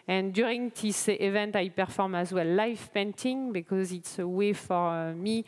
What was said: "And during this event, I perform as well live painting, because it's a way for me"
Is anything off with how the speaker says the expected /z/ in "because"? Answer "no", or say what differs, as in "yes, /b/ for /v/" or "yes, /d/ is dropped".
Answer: no